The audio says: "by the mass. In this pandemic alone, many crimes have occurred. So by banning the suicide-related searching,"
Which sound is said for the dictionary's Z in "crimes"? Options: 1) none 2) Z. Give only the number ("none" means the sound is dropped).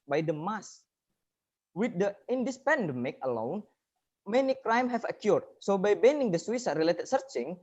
1